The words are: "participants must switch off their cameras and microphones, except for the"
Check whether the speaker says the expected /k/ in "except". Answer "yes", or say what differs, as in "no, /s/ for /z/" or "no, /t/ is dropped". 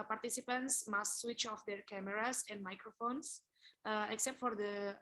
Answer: yes